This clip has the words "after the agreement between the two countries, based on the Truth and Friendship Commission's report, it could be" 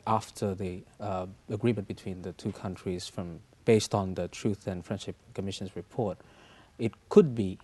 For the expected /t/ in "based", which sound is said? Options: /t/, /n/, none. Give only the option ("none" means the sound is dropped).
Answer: /t/